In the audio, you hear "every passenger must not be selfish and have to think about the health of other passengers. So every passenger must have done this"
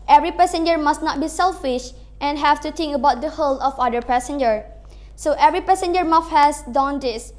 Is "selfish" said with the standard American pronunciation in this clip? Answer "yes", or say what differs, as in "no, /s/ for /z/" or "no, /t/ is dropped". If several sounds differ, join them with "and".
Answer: yes